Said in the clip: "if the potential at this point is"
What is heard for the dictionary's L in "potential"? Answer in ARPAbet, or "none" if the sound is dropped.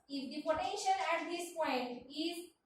N